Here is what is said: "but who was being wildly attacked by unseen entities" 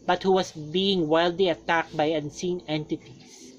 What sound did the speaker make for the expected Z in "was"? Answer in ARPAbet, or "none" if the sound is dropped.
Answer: S